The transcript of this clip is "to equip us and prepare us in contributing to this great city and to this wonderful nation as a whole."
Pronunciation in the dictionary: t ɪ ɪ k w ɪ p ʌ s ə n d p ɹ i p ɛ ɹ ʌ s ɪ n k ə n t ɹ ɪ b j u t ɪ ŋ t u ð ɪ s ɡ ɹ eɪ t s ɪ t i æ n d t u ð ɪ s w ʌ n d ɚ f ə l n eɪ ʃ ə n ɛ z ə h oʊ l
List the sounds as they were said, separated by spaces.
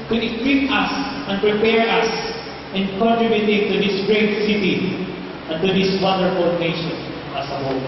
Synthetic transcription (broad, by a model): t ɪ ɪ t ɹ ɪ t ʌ s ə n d p ɹ i p ɛ ɹ ʌ s ɪ n k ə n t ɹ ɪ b j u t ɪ t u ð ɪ s ɡ ɹ eɪ t s ɪ t i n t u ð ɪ s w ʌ d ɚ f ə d n eɪ ʃ ə n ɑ s ə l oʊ